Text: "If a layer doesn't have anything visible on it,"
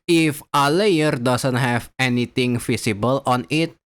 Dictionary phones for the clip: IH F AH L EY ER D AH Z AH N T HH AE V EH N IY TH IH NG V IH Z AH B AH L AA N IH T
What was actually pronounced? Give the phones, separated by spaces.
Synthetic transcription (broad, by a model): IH F AH L EY ER D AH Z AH N T HH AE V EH N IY T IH NG F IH S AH B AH L AA N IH T